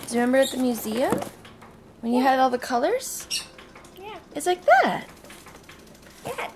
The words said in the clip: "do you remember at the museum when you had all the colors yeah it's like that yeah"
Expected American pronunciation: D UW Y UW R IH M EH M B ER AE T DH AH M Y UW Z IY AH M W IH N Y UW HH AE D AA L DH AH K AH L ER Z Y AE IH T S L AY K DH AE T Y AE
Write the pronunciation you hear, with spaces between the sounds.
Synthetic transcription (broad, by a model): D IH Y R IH M EH M B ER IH T DH AH M Y UW Z IY AH M W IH N Y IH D AA L DH AH K AH L ER Z Y AE IH T S L AY K DH AE T Y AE